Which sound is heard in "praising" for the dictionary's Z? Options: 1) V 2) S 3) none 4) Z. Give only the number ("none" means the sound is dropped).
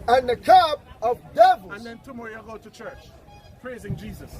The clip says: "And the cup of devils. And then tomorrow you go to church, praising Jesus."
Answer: 4